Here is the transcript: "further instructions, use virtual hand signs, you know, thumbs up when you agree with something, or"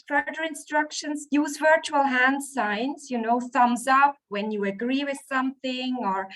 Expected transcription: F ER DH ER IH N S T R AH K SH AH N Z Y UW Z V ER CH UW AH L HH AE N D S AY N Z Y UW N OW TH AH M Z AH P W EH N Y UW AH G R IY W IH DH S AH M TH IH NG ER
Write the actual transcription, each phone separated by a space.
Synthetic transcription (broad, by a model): F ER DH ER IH N S T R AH K SH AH N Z Y UW Z V ER CH UW AH L HH AE N D S AY N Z Y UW N OW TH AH M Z AH P W EH N Y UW AH G R IY W IH DH S AH M TH IH NG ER